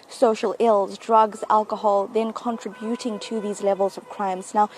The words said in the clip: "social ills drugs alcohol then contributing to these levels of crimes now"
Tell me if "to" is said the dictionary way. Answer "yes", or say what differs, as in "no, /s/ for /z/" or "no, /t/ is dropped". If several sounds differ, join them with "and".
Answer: yes